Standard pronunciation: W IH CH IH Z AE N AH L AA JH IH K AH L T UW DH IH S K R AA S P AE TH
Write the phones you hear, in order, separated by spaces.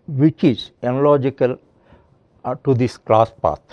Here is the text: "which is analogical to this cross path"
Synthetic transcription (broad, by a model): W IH CH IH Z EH N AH L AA JH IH K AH L T UW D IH S K L AA S P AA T